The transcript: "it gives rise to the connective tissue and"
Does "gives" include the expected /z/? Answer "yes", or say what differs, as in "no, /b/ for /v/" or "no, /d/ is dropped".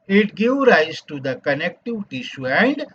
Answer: no, /z/ is dropped